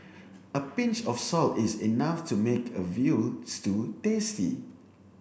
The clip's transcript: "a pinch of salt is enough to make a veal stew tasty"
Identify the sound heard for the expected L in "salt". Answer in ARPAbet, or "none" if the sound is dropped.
L